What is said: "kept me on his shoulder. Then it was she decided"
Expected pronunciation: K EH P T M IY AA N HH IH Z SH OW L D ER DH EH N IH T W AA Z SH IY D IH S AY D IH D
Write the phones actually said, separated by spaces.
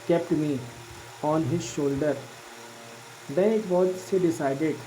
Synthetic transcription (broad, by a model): K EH P T M IY AA N HH IH Z SH OW L D ER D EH N IH T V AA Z S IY D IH S AY D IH D